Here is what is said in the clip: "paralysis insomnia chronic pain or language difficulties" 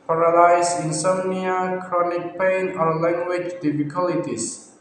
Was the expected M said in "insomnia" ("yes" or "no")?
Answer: no